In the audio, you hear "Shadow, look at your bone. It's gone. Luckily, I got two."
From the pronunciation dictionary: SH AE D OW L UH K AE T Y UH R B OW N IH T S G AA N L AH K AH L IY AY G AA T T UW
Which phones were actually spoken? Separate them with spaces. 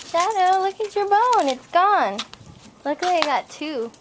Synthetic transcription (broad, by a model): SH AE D OW L UH K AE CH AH R B OW N IH T S G AA N L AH K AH IY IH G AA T T UW